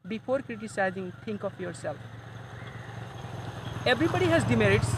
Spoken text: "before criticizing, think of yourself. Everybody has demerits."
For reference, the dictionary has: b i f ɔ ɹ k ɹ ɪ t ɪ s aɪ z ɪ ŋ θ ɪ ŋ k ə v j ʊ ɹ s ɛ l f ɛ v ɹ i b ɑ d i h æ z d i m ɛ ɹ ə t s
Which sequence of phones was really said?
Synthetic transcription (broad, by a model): b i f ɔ ɹ k ɹ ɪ t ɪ s aɪ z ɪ ŋ t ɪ ŋ k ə p j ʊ ɹ s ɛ l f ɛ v ɹ i b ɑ d i h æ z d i m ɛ ɹ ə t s